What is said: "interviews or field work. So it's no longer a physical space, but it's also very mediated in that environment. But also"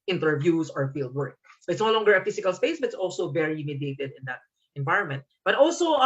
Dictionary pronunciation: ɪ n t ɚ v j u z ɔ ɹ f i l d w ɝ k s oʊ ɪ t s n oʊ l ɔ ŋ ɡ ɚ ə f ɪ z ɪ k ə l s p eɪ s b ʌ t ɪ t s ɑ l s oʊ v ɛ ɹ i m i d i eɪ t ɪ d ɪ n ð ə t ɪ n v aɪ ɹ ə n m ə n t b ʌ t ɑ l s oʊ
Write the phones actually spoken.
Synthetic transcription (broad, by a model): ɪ n t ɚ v j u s ɔ ɹ f i l d w ɝ k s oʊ ɪ t s n oʊ l ɔ ŋ ɡ ɚ ə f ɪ s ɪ k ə l s p eɪ s b ʌ t ɪ t s ɑ l s oʊ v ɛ ɹ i m i d i eɪ t ɪ d ɪ n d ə t ɪ n v aɪ ɹ ə n m ə n t b ʌ t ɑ l s oʊ